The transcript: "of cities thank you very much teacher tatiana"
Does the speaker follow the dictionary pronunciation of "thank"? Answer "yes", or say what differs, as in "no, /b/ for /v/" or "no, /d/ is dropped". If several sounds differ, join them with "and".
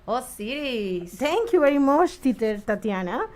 no, /t/ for /θ/